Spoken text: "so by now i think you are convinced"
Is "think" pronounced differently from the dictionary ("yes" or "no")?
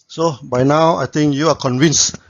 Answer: yes